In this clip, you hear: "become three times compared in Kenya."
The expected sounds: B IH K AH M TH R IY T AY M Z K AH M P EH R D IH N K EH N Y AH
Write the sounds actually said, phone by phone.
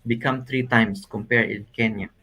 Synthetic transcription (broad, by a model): B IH K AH M T R IY T AY M S K AH M P EH R D IH N K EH N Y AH